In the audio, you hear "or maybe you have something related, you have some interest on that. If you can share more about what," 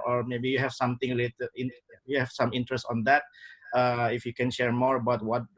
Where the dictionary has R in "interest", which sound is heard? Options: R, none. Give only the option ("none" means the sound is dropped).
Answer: R